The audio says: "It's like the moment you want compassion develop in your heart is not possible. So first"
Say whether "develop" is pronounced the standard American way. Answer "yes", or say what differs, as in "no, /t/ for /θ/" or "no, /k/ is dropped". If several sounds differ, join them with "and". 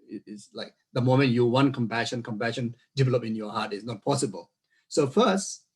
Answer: yes